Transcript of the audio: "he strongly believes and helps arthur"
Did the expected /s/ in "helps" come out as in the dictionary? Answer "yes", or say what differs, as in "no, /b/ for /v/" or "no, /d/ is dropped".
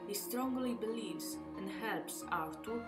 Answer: yes